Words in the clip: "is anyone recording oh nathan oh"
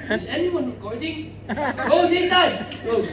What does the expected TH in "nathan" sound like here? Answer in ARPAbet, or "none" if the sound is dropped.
T